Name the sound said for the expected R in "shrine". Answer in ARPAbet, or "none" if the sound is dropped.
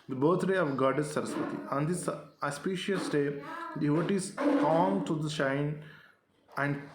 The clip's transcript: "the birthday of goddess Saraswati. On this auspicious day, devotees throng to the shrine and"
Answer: none